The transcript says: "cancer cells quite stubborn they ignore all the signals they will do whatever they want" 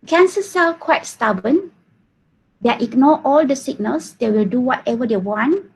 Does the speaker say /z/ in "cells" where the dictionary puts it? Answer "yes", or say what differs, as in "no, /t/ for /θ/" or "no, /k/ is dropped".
no, /z/ is dropped